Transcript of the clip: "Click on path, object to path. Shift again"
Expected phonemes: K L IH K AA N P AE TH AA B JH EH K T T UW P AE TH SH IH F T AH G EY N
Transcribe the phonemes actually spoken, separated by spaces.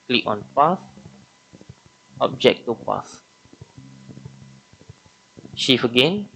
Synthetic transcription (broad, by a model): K L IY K AA N P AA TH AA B JH EH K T T UW P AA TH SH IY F AH G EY N